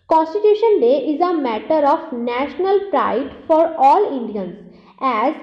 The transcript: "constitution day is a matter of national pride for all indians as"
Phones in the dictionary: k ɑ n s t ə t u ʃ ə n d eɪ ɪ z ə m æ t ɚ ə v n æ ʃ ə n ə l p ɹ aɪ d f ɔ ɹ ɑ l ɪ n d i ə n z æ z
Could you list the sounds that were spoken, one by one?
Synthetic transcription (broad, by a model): k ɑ n s t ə t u ʃ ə n d eɪ ɪ z ə m æ t ɚ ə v n æ ʃ ə n ə l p ɹ aɪ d f ɔ ɹ ɑ l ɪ n d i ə n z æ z